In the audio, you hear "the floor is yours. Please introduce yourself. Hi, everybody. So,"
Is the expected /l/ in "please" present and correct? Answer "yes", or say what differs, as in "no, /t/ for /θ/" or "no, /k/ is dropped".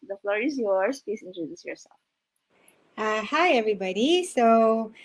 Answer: no, /l/ is dropped